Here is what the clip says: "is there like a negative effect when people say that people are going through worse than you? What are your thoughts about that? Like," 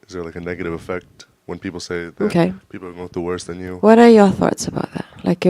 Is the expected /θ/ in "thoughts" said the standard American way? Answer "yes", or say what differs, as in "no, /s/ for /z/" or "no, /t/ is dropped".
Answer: yes